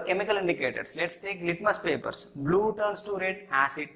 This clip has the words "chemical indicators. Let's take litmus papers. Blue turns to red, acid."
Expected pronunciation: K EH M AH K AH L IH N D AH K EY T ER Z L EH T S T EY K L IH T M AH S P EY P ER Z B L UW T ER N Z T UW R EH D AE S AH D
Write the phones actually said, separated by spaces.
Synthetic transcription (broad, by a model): K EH M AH K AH L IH N D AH K EY T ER S L EH T S T EY K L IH T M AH S P EY P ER S B L UW T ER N S T UW R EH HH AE S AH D